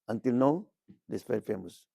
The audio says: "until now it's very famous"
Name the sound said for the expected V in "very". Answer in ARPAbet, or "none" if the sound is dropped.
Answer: F